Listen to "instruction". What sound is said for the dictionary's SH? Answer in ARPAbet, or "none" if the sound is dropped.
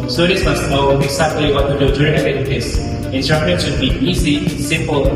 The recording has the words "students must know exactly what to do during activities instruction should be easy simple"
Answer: none